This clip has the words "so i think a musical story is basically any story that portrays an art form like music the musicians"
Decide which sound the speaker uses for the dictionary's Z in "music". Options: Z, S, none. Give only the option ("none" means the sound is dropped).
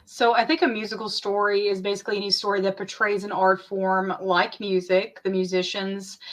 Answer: Z